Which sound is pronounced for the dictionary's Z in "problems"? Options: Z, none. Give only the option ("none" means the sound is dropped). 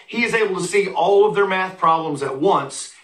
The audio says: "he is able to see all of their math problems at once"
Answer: Z